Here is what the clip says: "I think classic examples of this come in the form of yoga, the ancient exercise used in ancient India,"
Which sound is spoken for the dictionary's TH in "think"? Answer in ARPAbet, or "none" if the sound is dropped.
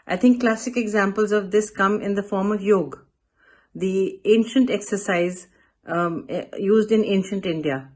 T